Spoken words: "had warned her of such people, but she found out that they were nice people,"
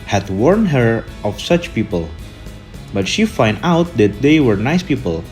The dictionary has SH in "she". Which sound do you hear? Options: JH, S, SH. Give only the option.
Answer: SH